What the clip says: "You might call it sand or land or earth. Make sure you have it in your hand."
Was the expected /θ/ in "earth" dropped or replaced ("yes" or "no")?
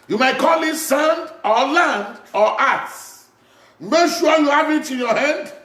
yes